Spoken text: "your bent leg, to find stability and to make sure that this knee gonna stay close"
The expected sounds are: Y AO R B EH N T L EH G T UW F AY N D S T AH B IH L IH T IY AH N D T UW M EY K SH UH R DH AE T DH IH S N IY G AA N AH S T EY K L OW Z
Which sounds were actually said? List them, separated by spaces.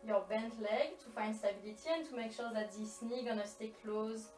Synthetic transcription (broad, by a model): Y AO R B EH N T L EH G T UW F AY N D S T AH B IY L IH T IY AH N T UW M EY K SH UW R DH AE T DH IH S N IY G AA N AH S T EY K L OW Z